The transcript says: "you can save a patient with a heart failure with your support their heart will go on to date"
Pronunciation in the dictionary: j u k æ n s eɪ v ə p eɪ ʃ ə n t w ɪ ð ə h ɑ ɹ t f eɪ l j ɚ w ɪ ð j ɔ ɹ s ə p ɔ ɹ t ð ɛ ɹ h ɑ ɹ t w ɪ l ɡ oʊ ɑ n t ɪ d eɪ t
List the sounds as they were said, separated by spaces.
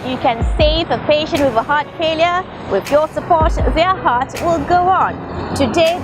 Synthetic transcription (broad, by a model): j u k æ n s eɪ v ə p eɪ ʃ ə n t w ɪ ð ə h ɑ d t f eɪ l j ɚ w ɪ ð j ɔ s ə p ɔ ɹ t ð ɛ h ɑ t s w ɪ l ɡ oʊ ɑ n t ɪ d eɪ